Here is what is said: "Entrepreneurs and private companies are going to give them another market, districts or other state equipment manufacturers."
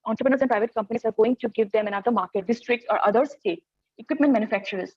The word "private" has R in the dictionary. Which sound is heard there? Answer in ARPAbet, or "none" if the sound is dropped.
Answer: R